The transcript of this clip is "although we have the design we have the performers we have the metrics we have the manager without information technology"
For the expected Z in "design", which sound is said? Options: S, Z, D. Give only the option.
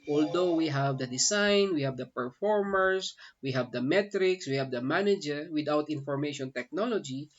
S